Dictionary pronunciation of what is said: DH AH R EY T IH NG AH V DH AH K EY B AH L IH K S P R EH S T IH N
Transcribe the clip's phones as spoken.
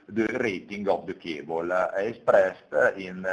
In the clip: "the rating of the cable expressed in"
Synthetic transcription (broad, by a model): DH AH R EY T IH NG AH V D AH K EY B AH L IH S P R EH S T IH N